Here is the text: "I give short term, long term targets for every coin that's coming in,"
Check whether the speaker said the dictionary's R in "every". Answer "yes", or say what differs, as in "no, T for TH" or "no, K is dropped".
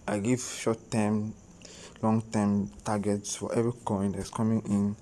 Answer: no, R is dropped